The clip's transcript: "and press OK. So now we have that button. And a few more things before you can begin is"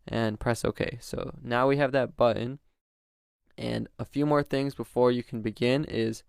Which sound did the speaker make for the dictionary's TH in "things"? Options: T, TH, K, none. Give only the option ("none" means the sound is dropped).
TH